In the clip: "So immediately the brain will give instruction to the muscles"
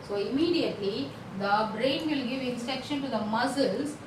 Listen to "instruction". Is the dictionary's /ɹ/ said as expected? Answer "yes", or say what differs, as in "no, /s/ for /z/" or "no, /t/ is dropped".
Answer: no, /ɹ/ is dropped